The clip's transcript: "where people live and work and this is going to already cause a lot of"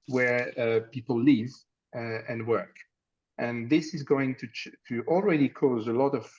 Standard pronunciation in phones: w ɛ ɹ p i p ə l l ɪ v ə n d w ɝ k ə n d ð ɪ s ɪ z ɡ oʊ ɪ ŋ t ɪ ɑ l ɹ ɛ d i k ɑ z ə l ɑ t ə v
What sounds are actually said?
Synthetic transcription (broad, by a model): w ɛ ɹ p i p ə l l ɪ v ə n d w ɝ k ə n ð ɪ s ɪ z ɡ oʊ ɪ ŋ t ɪ ɑ l ɹ ɛ d i k ɑ z ə l ɑ t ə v